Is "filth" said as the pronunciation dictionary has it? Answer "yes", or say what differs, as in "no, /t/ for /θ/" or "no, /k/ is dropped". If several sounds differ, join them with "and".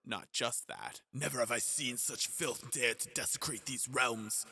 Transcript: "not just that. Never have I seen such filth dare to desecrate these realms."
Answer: yes